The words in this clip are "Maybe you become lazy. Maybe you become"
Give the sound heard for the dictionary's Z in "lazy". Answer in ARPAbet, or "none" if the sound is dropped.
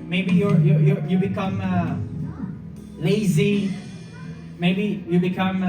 Z